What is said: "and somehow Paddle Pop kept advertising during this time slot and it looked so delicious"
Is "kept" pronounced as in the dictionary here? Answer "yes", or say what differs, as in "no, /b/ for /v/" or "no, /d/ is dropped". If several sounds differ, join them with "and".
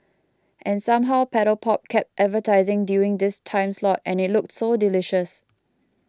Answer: yes